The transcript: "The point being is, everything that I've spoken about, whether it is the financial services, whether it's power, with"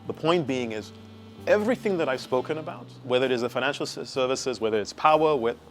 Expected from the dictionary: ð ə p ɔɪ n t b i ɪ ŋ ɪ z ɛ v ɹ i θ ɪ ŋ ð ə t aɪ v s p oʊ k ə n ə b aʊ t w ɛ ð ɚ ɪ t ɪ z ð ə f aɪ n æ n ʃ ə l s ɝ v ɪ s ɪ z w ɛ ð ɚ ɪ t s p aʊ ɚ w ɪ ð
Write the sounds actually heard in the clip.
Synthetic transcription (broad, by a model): ð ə p ɔɪ n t b i ɪ ŋ ɪ z ɛ v ɹ i θ ɪ ŋ ð ə t aɪ v s p oʊ k ə n ə b aʊ t w ɛ ð ɚ ɪ t ɪ z ð ə f aɪ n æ n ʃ l s ɝ v ɪ s ɪ z w ɛ ð ɚ ɪ t s p aʊ ɚ w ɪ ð